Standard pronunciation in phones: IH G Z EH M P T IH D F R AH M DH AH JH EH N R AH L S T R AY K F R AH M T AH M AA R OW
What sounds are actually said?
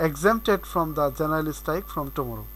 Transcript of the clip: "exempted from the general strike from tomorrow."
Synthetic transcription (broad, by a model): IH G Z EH M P T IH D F R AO M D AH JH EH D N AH L S T AY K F R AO M T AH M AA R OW